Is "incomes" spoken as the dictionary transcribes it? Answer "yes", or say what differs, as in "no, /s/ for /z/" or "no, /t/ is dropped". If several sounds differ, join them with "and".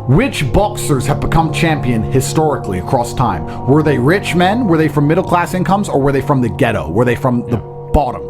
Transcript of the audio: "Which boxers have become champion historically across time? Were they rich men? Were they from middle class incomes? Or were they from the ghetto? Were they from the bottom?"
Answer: yes